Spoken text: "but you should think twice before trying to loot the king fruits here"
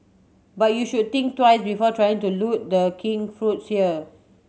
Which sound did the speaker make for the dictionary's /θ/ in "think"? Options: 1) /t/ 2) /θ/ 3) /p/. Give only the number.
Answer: 1